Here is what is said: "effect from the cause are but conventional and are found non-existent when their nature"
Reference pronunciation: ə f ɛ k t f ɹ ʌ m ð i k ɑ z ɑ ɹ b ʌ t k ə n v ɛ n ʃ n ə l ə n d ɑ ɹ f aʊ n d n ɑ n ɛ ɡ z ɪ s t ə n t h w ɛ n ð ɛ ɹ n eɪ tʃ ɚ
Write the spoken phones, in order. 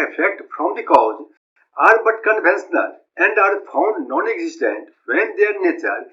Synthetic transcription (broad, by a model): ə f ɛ k t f ɹ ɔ m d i k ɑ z ɑ ɹ b ʌ t k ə n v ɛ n s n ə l ə n d ɑ ɹ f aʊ n d n ɑ n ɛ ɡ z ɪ s t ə n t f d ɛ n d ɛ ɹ n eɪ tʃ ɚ